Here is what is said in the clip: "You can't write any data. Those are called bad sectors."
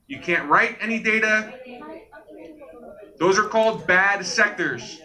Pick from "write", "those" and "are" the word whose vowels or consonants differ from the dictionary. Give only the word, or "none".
none